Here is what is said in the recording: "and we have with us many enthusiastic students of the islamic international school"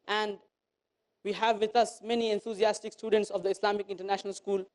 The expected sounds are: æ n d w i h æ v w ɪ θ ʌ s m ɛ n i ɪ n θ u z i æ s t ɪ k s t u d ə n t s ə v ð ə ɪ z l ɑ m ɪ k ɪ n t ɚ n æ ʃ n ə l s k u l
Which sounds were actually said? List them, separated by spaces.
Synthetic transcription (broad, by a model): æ n d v i h æ v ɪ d ʌ s m ɛ n i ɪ n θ u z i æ s t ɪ k s t u d ə n t s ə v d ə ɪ s l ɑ m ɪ k ɪ n t ɚ n æ ʃ n ə l s k u l